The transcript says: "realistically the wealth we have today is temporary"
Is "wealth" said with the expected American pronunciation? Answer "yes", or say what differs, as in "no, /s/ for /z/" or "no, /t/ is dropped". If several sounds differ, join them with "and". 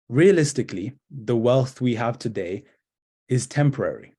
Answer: yes